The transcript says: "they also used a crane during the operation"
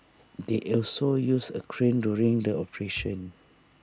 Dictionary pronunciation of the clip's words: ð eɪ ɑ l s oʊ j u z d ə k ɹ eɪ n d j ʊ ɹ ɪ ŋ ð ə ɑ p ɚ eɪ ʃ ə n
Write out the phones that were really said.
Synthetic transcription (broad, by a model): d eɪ ɑ l s oʊ j u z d ə k ɹ eɪ n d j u ɹ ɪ ŋ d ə ɑ p ɚ eɪ ʃ ə n